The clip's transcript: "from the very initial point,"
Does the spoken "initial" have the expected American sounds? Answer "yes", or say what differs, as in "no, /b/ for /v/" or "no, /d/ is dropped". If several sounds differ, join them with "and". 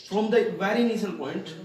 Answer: no, /s/ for /ʃ/